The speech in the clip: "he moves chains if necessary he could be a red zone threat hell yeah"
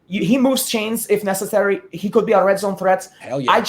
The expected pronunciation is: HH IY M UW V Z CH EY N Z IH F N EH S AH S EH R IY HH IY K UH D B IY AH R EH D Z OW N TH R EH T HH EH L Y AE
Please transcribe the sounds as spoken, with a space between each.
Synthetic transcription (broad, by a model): HH IY M UW V Z CH EY N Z IH F N EH S AH S EH R IY HH IY K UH D B IY AH R EH D Z OW N TH R EH T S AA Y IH